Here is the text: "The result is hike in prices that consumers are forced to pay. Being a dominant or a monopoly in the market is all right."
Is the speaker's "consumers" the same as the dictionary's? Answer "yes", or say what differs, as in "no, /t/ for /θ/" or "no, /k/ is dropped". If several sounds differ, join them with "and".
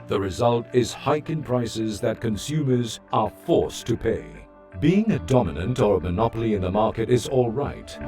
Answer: yes